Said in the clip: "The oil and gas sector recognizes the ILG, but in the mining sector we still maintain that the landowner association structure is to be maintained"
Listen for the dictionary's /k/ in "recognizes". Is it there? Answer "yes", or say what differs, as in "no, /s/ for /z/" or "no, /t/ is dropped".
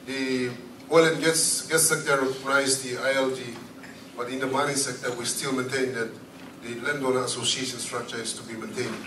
no, /k/ is dropped